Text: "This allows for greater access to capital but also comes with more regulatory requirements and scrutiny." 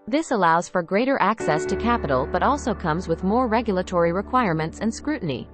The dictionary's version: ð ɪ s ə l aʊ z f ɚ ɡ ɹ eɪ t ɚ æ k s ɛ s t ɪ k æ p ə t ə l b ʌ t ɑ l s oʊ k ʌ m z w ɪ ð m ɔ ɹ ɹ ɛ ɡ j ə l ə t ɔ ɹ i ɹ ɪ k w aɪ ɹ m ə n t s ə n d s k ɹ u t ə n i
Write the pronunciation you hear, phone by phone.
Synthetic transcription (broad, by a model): ð ɪ s ə l aʊ z f ɚ ɡ ɹ eɪ t ɚ æ k s ɛ s t ɪ k æ p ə t l b ʌ t ɑ l s oʊ k ʌ m z w ɪ ð m ɔ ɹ ɹ ɛ ɡ j l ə t ɔ ɹ i ɹ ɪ k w aɪ ɹ m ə n t s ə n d s k ɹ u t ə n i